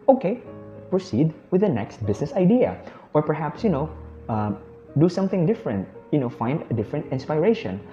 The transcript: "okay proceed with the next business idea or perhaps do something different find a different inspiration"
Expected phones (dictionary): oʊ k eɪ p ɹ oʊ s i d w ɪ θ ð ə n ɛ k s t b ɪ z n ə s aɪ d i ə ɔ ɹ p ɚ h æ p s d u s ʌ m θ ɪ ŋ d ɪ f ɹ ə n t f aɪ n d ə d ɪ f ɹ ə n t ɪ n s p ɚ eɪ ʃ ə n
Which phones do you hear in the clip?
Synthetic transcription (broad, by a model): oʊ k eɪ p ɹ oʊ s i d w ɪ ð ə n ɛ k s t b ɪ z n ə s aɪ d i ə ɔ ɹ p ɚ h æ p s d u s ʌ m θ ɪ ŋ d ɪ f ɹ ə n t f aɪ n d ə d ɪ f ɹ ə n t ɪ n s p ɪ eɪ ʃ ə n